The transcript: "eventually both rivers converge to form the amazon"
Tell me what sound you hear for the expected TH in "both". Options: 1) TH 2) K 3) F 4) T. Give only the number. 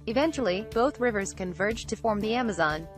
1